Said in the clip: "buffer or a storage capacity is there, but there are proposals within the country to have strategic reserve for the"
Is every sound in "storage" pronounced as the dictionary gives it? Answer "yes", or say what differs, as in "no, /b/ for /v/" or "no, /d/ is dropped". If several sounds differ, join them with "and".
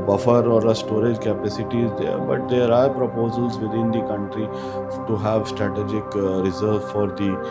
yes